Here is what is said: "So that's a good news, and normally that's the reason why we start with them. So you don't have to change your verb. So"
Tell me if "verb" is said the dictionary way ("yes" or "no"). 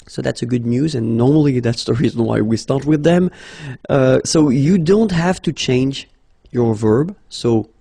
yes